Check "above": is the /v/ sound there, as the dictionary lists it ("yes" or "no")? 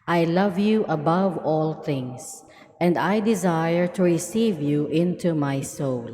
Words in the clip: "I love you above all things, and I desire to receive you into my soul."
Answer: yes